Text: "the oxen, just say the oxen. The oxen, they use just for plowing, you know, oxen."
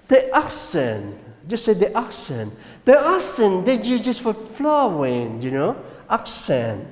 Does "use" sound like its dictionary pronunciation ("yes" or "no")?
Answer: no